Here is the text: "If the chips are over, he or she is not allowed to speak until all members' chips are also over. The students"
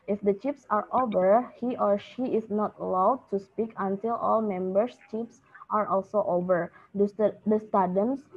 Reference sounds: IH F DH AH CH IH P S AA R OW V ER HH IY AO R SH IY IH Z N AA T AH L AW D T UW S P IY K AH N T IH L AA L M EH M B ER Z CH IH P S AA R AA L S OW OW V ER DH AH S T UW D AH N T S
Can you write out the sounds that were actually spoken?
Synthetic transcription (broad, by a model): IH F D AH CH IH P S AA R OW V ER HH IY AO R SH IY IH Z N AA T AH L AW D T UW S P IY K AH N T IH L AA L M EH M B ER S CH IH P S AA R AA L S OW OW V ER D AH S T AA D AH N S